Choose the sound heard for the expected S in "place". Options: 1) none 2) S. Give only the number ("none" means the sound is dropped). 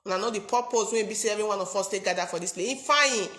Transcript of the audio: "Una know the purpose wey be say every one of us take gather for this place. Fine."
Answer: 1